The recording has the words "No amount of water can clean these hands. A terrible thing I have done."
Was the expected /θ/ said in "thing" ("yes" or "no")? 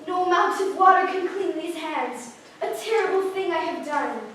yes